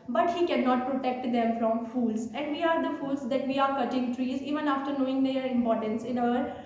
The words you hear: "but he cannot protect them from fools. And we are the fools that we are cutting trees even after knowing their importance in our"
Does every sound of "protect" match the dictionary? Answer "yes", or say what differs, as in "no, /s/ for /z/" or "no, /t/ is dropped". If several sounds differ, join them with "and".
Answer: yes